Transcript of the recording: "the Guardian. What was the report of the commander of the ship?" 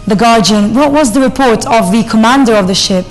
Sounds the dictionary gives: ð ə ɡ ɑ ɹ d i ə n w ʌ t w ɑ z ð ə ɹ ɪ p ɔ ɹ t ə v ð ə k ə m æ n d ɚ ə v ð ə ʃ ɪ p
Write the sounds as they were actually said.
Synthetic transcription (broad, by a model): ð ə ɡ ɑ ɹ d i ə n w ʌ t w ɑ z ð ə ɹ ɪ p ɔ ɹ t ə v ð ə k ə m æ n d ɚ ə v ð ə ʃ ɪ p